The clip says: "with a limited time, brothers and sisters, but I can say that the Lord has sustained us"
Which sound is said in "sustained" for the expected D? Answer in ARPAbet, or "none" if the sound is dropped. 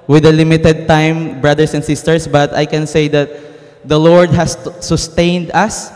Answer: D